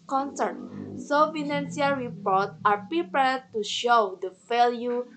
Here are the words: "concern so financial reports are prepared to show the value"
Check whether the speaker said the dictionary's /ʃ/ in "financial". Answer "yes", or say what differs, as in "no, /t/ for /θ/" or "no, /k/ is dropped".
no, /s/ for /ʃ/